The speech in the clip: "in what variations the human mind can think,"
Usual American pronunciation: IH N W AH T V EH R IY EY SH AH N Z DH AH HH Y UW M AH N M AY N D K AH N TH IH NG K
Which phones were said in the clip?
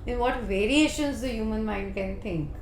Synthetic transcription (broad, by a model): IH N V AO T V EH R IY EY SH AH N Z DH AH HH Y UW M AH N M AY N D K AH N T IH NG K